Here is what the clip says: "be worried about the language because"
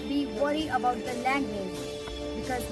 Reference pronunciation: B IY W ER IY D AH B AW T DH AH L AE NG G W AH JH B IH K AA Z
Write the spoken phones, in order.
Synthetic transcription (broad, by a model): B IY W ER IY AH B AW T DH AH L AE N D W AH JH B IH K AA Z